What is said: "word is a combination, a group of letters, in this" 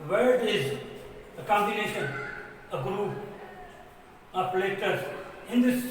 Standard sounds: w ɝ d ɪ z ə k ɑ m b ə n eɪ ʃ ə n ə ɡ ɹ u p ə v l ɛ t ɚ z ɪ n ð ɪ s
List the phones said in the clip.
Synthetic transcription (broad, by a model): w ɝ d ɪ z ə k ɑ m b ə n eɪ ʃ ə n ə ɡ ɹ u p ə p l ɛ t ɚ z ɪ n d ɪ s